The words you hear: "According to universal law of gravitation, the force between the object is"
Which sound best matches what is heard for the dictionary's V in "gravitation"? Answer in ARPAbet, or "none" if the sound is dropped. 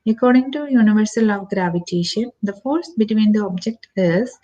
V